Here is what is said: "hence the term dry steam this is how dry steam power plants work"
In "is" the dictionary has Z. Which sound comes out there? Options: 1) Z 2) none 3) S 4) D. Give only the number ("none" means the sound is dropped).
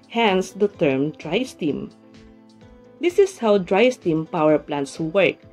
3